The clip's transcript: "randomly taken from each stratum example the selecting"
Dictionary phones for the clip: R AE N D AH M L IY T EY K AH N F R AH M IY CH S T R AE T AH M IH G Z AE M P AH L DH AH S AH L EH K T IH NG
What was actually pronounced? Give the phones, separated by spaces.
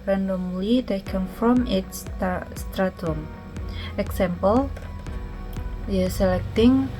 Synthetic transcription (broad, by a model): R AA N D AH M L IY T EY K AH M F R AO M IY S S T R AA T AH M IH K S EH M P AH L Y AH S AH L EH K T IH NG